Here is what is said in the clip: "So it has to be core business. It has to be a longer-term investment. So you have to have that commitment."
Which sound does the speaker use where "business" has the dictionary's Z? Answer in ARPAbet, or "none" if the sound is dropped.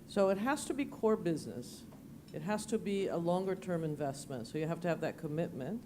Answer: Z